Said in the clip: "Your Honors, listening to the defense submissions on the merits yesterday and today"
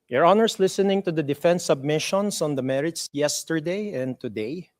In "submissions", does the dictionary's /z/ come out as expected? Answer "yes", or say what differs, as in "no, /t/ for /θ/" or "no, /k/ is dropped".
no, /s/ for /z/